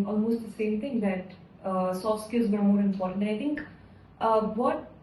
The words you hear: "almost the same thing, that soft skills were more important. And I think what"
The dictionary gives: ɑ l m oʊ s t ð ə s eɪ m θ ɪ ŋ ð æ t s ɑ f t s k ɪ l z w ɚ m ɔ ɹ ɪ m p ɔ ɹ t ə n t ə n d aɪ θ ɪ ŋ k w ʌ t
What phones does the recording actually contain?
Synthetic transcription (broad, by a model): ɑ l m oʊ s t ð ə s eɪ m t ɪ ŋ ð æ t s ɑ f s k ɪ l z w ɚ m ɔ ɹ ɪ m p ɔ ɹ t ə n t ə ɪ t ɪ ŋ k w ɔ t